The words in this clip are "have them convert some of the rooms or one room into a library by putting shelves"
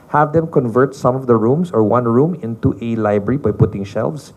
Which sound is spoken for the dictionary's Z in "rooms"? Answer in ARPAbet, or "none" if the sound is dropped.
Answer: S